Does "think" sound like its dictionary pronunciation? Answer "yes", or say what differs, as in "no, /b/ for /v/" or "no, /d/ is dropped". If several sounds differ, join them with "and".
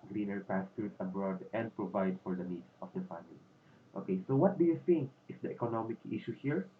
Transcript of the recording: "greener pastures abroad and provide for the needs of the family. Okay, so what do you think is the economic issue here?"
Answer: yes